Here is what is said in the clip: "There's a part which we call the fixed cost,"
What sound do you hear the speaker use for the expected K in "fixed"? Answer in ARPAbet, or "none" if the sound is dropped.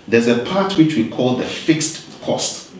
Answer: K